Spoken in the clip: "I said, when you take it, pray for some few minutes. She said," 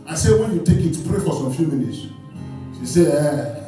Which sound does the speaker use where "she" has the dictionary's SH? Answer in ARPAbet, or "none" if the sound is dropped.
S